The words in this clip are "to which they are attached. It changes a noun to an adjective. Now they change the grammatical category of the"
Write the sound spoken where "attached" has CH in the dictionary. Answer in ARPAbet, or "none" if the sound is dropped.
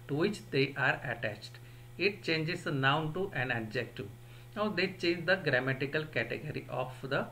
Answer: CH